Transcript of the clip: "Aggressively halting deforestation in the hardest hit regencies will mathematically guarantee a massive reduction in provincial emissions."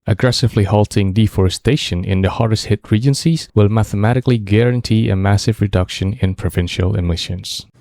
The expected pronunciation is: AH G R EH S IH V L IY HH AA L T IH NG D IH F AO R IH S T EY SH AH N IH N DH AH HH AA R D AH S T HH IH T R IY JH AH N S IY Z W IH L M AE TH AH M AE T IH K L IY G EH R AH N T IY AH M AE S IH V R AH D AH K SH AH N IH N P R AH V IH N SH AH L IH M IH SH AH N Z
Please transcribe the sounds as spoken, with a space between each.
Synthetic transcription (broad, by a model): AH G R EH S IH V L IY HH AA L T IH NG D IH F AO R IH S T EY SH AH N IH N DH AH HH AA R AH S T HH IH T R IY JH AH N S IY Z W IH L M AE TH AH M AE T IH K L IY G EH R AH N T IY AH M AE S IH V R AH D AH K SH AH N IH N P R AH V IH N SH AH L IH M IH SH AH N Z